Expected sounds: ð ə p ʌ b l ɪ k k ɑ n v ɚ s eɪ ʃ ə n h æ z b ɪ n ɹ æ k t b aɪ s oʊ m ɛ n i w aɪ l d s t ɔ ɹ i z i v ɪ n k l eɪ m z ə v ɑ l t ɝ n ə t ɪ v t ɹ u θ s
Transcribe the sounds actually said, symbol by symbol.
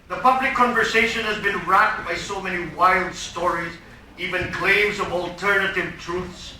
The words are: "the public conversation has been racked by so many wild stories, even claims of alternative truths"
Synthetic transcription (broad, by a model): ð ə p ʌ b l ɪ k k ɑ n v ɚ s eɪ ʃ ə n h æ z b ɪ n ɹ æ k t b aɪ s oʊ m ɛ n i w aɪ l d s t ɔ ɹ i z i v ɪ n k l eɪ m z ə v ɑ l t ɝ n ə t ɪ v t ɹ u θ s